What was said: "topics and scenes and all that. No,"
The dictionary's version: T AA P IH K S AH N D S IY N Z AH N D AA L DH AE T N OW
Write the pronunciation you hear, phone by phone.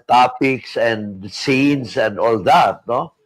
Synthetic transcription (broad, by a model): T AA P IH K S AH N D S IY N S AH N D AA L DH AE T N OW